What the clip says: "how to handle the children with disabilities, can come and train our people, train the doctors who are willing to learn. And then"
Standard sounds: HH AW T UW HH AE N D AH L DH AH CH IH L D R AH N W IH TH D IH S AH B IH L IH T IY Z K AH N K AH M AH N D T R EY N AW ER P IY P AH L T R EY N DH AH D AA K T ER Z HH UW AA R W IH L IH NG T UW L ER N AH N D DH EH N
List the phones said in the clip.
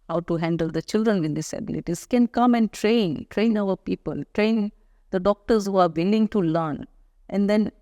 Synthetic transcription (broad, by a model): HH AW T UW HH AE N D AH L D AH CH IH L D R AH N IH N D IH S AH B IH L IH T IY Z K AH N K AH M AH N D T R EY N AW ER P IY P AH L T R EY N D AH D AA K T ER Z HH UW AA R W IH L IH NG T UW L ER N AH N D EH N